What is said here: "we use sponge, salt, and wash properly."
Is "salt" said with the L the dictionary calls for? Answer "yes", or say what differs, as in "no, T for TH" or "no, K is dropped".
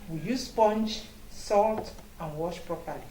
yes